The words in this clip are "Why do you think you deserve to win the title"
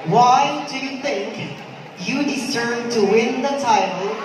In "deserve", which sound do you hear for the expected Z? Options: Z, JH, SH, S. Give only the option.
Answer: S